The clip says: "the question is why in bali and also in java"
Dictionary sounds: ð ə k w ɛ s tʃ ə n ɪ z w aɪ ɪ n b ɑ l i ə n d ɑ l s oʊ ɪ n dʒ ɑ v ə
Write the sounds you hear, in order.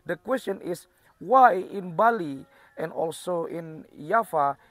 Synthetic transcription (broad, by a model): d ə k w ɛ s tʃ ə n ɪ s w aɪ ɪ n b ɑ l i ə n d ɑ l s oʊ ɪ n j ɑ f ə